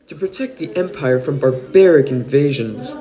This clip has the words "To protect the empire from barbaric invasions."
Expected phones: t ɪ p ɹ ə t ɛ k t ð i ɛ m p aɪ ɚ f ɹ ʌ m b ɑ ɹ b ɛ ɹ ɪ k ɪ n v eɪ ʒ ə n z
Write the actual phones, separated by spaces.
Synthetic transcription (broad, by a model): t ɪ p ɹ ə t ɛ k t ð i ɛ m p aɪ ɚ f ɹ ʌ m b ɑ ɹ b ɛ ɹ ɪ k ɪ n v eɪ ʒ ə n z